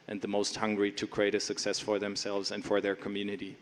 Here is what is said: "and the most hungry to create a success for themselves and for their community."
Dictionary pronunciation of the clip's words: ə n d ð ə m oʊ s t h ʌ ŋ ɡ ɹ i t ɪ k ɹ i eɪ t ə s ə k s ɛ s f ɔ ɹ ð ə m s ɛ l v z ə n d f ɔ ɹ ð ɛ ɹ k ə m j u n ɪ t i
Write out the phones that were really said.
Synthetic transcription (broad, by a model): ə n ð ə m oʊ s t h ʌ ŋ ɡ ɹ i t ɪ k ɹ i eɪ t ə s ə k s ɛ s f ɔ ɹ ð ə m s ɛ l v z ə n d f ɔ ɹ ð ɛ ɹ k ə m j u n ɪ t i